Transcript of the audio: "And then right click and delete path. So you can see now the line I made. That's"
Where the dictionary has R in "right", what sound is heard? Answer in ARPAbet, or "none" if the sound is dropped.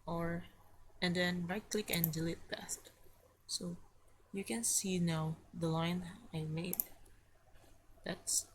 R